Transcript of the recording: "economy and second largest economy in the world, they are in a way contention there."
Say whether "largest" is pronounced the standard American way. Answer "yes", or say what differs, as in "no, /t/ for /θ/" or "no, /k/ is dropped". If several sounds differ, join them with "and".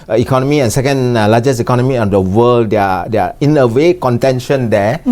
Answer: no, /t/ is dropped